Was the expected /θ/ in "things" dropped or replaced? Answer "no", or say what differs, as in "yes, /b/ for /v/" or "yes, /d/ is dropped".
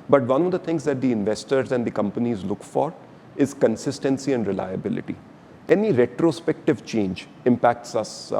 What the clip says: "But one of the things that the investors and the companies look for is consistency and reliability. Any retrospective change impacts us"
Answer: yes, /t/ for /θ/